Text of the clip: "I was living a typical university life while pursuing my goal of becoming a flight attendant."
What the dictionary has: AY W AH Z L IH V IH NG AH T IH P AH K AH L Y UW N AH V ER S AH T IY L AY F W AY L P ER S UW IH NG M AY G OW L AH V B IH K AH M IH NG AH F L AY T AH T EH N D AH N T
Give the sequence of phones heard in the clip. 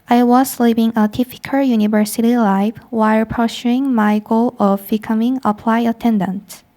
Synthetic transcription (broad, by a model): AY W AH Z L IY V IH NG AH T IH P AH K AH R Y UW N AH V ER S AH T IY L AY F W AY L P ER SH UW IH NG M AY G OW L AH V B IH K AH M IH NG AH P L AY AH T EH N D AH N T